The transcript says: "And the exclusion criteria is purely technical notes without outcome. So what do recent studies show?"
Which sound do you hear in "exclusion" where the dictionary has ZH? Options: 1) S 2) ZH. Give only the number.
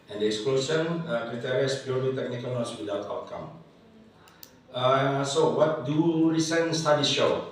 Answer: 1